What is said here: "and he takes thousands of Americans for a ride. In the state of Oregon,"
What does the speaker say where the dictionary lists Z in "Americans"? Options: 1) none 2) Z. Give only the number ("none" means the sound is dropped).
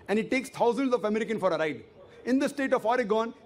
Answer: 1